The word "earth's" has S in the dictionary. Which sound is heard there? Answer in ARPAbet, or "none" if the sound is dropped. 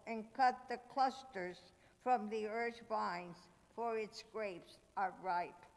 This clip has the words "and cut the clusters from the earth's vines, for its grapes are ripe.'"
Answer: none